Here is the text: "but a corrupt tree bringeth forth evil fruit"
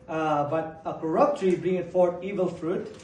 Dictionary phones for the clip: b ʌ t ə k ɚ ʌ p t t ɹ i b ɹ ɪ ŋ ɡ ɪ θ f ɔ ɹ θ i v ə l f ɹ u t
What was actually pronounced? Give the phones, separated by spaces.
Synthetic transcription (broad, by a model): b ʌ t ə k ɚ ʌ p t t ɹ i b ɹ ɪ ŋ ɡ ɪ t f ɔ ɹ t i v ə l f ɹ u t